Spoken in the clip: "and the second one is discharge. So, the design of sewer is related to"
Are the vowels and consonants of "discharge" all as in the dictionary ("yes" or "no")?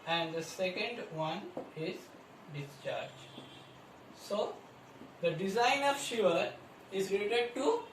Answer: yes